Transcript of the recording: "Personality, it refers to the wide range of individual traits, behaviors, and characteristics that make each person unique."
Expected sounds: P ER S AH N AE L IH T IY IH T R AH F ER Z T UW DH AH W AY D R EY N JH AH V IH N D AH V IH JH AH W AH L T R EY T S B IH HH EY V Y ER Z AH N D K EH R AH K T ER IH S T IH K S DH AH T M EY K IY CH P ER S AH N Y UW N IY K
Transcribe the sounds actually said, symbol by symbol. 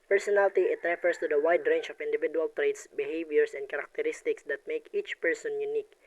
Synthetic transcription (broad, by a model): P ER S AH N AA L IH T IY IH T R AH F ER S T UW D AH W AY D R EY N CH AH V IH N D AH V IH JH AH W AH L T R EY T S B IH HH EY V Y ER S AH N D K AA R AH K T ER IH S T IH K S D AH T M EY K IY CH P ER S AH N Y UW N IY K